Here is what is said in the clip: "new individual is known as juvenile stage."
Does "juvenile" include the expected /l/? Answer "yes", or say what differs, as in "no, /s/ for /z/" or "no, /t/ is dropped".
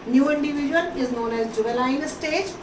no, /n/ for /l/